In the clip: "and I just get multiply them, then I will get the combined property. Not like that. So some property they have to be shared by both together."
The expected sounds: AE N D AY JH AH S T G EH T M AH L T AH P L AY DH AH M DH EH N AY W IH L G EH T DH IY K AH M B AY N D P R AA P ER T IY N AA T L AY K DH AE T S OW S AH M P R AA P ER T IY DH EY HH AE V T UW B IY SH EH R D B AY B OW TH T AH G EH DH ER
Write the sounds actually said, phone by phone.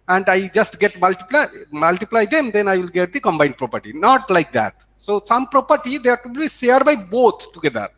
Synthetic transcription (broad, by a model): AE N D AY JH AH S T G EH T M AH L T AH P L AY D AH M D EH N AY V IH L G EH T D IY K AH M B AY N D P R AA P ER T IY N AA T L AY K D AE T S OW S AH M P R AA P ER T IY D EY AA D T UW B IY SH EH R D B AY B OW T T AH G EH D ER